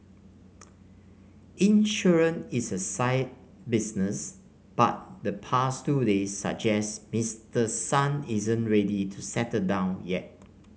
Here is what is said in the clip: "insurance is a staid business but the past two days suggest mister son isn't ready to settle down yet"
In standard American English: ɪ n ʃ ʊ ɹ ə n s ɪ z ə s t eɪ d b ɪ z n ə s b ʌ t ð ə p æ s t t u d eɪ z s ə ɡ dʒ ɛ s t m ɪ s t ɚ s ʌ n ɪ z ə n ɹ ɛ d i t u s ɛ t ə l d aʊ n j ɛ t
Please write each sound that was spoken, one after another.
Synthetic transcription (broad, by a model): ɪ n ʃ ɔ ɹ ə n ɪ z ə s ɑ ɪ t b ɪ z n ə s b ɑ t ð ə p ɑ s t t u d eɪ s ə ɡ dʒ ɛ s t m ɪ s t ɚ s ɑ n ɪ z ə n ɹ ɛ d i t u s ɛ t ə d aʊ n j ɛ t